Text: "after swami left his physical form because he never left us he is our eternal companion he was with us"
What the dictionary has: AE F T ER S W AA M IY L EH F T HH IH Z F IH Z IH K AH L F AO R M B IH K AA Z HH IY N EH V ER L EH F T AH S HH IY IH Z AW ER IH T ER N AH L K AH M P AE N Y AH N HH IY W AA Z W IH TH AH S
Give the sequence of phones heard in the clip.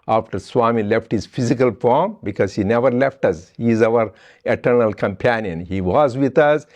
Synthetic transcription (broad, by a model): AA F T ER S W AA M IY L EH F T HH IH Z F IH Z IH K AH L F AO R M B IH K AA Z HH IY N EH V ER L EH F T AH S HH IY IH Z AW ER IH T ER N AH L K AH M P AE N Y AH N HH IY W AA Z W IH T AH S